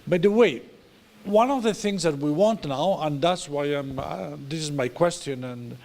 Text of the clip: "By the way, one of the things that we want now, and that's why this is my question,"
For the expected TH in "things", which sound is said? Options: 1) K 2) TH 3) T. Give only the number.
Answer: 2